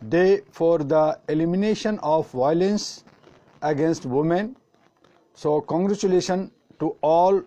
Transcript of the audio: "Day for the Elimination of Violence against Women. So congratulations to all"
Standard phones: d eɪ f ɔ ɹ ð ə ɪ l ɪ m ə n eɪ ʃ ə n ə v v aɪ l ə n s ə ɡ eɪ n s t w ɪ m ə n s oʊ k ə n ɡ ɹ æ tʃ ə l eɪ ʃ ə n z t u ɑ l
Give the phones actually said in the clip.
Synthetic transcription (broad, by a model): d eɪ f ɔ ɹ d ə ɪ l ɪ m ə n eɪ ʃ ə n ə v v aɪ l ə n s ə ɡ eɪ n s t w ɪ m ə n s oʊ k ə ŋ ɡ ɹ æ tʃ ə l eɪ ʃ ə n t u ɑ l